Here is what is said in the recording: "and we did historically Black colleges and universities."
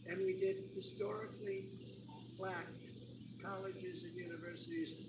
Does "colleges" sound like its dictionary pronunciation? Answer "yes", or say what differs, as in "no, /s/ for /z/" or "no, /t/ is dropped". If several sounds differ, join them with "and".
yes